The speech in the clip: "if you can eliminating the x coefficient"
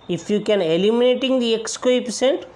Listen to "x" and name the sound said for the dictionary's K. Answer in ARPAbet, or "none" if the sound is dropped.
K